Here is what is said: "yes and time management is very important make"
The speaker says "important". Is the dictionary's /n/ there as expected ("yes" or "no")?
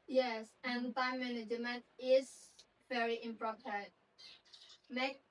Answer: no